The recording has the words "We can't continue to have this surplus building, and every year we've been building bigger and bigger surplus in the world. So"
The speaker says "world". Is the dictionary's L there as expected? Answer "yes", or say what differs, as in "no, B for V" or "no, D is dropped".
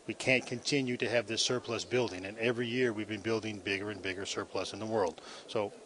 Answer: yes